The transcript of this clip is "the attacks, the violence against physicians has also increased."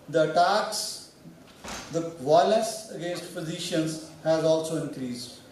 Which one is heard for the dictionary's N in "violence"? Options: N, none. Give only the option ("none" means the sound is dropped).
none